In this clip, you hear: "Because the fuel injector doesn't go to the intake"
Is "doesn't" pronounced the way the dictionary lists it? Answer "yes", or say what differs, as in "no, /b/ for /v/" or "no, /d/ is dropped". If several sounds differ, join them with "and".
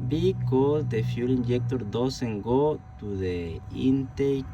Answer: no, /s/ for /z/